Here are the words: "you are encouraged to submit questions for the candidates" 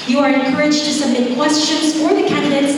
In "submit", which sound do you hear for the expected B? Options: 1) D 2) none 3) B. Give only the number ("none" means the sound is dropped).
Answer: 2